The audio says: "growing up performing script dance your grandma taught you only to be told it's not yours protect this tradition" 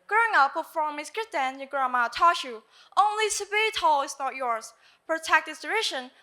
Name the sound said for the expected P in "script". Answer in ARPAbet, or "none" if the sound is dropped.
none